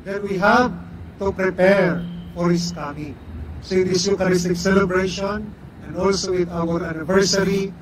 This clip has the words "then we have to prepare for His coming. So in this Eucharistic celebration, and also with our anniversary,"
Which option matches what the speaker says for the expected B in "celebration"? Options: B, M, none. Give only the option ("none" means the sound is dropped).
B